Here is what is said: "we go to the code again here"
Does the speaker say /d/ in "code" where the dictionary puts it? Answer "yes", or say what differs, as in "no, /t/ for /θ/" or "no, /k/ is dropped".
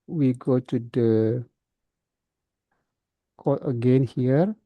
no, /d/ is dropped